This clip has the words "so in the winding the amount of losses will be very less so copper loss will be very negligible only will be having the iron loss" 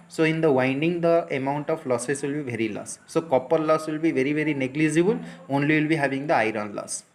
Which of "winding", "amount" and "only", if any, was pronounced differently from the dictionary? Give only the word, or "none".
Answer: none